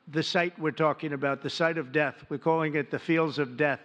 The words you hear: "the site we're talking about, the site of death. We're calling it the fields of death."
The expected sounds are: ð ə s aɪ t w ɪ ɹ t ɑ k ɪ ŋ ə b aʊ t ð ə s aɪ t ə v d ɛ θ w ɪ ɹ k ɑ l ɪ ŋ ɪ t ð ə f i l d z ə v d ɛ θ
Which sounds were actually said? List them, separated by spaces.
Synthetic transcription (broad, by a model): ð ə s aɪ t w ɪ ɹ t ɑ k ɪ ŋ ə b aʊ t ð ə s aɪ t ə v d ɛ θ w ɪ ɹ k ɑ l ɪ ŋ ɪ t ð ə f i l d z ə v d ɛ θ